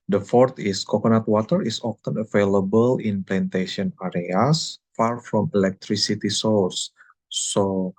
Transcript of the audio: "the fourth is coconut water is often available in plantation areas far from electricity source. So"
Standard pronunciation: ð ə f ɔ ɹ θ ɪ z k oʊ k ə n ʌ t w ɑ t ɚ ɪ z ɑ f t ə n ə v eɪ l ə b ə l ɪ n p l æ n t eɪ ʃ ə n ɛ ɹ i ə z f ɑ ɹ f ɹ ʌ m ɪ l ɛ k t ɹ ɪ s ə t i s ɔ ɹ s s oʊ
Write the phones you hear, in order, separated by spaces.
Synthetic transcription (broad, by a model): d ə f ɔ ɹ t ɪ s k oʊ k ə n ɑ t w ɑ t ɚ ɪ s ɑ f t ə n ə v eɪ l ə b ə l ɪ n p l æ n t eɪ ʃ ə n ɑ ɹ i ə s f ɑ ɹ f ɹ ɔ m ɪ l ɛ k t ɹ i s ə t i s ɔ l s s oʊ